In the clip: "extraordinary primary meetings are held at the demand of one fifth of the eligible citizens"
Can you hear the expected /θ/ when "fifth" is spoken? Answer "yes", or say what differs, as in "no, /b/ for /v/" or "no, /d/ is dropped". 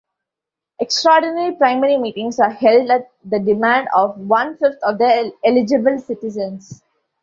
no, /t/ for /θ/